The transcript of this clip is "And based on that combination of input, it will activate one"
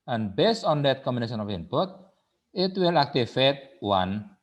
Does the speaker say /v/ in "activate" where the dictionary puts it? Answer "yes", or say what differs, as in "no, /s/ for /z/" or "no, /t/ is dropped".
no, /f/ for /v/